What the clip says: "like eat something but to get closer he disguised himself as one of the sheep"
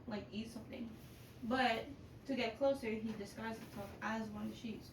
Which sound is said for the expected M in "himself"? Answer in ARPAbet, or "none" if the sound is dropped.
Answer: none